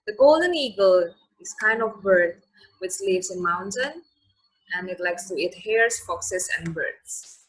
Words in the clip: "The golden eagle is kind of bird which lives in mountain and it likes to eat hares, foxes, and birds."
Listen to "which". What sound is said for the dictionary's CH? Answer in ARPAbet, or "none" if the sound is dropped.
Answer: S